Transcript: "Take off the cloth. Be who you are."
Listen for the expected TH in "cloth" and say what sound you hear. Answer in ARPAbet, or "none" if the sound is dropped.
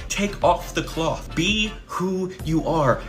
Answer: TH